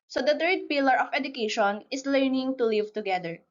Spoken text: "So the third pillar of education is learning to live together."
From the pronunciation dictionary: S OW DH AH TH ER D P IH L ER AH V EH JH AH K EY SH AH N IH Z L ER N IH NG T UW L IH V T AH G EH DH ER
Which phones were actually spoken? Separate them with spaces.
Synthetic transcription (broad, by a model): S OW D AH T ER D P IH L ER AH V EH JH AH K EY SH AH N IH S L ER N IH NG T UW L IH V T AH G EH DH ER